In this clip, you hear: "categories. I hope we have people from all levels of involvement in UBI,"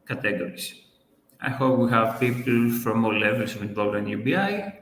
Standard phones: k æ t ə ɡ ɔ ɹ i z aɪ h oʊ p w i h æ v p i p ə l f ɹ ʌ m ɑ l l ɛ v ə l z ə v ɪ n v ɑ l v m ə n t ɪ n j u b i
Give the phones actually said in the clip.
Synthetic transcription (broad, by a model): k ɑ t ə ɡ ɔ ɹ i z aɪ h oʊ p w i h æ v p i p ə l f ɹ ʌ m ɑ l l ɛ v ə l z ə v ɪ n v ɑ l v ə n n j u b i